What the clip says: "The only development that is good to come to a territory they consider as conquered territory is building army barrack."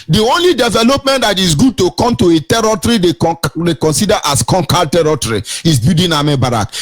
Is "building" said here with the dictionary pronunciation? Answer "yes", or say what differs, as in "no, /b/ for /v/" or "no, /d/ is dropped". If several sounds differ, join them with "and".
no, /l/ is dropped